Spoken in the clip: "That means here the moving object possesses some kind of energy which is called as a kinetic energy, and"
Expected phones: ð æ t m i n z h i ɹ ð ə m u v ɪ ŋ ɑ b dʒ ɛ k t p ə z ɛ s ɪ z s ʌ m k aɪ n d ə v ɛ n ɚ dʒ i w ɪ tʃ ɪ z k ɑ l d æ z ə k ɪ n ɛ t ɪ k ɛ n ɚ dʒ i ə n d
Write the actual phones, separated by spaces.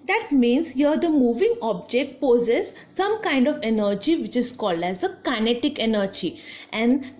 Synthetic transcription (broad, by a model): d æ t m i n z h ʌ ɹ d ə m u v ɪ ŋ ɑ b dʒ ɛ k t p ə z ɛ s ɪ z s ʌ m k aɪ n d ə v ɛ n ɚ dʒ i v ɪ tʃ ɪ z k ɑ l d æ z ə k ɪ n ɛ t ɪ k ɛ n ɚ dʒ i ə n d